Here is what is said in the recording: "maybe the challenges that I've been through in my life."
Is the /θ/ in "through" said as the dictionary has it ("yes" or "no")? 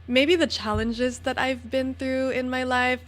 yes